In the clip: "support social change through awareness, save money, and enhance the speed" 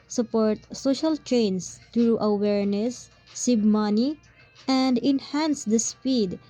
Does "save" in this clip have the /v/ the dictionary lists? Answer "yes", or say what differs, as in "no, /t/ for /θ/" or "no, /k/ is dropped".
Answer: no, /b/ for /v/